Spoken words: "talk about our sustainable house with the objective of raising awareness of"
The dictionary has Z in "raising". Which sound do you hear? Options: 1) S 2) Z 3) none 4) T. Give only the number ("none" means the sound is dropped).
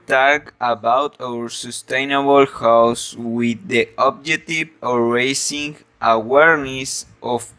1